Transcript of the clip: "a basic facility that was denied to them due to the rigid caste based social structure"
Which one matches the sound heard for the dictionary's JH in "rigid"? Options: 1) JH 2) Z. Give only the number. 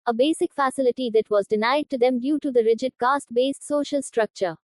1